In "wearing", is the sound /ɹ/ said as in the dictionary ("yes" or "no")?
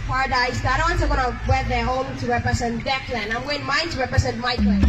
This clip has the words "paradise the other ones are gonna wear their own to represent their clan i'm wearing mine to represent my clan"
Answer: no